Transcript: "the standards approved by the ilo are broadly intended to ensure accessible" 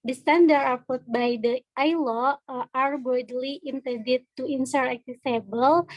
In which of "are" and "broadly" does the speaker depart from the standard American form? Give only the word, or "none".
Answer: broadly